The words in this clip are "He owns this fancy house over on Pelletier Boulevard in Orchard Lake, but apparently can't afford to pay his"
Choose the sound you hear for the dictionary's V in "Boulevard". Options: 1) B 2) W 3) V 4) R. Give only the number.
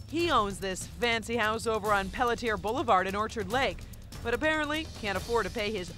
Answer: 3